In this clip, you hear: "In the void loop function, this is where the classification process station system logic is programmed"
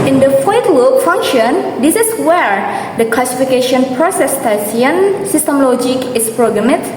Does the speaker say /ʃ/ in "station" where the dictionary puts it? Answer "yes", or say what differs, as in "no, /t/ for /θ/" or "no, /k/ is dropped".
no, /s/ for /ʃ/